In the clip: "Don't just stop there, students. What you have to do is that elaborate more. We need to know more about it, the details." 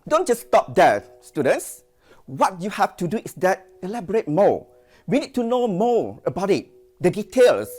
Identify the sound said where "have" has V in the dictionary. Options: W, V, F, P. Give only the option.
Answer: F